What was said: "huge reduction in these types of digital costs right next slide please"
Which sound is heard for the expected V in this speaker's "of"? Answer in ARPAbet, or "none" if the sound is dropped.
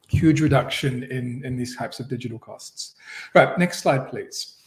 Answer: V